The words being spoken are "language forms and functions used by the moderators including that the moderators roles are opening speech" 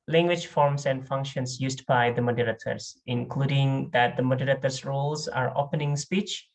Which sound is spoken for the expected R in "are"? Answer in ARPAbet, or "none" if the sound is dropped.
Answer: R